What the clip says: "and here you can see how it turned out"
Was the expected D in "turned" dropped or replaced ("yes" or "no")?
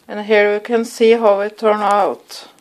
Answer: yes